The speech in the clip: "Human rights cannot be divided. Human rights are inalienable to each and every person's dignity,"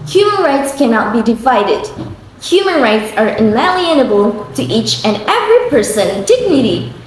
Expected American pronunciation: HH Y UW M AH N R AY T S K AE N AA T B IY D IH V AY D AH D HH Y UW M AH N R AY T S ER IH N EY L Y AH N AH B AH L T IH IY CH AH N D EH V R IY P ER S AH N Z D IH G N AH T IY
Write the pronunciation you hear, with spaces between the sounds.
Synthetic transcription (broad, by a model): HH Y UW M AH N R AY T S K AE N AA T B IY D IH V AY D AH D HH Y UW M AH N R AY T S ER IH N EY L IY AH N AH B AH L T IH IY CH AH N EH V R IY P ER S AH N D IH G N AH T IY